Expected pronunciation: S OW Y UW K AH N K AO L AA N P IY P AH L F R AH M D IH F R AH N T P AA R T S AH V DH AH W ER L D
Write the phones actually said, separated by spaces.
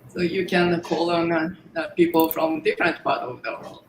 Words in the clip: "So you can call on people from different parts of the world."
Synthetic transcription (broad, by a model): S OW Y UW K AH N K AO L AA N P IY P L F R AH M D IH F R AH N T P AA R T AH V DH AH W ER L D